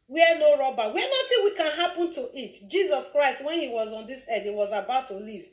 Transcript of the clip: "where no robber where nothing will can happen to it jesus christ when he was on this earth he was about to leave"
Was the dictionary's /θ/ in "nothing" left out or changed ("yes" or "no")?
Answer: yes